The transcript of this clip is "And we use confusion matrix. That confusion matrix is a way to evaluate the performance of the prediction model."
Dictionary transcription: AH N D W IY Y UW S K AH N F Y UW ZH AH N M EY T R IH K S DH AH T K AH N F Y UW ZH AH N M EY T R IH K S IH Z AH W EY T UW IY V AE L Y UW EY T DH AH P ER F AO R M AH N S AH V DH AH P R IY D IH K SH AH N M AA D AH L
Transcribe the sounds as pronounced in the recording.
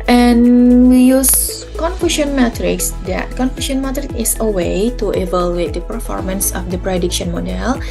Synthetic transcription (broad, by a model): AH N W IY Y UW S K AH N F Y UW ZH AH N M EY T R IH K S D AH T K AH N F Y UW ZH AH N M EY T R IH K IH S AH W EY T UW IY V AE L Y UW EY T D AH P ER F AO R M AH N S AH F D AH P R IY D IH K SH AH N M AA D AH L